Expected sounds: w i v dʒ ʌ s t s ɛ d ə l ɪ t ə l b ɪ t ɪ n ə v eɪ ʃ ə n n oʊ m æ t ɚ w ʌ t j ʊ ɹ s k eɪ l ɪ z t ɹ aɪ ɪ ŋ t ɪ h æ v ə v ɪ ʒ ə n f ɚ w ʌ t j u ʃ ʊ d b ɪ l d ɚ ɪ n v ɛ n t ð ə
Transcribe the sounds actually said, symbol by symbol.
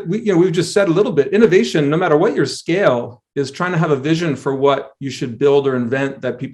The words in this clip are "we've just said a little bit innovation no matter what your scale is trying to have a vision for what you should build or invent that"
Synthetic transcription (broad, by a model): w i v dʒ ʌ s t s ɛ d ə l ɪ t l b ɪ t ɪ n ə v eɪ ʃ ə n n oʊ m æ t ɚ w ʌ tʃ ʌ ɹ s k eɪ l ɪ z t ɹ aɪ ɪ ŋ t ɪ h v ə v ɪ ʒ ə n f ɚ w ʌ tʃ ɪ ʃ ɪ d b ɪ l d ɚ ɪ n v ɛ n t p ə